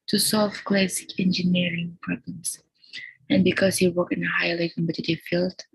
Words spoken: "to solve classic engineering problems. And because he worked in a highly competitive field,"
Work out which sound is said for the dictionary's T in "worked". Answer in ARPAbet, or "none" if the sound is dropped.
none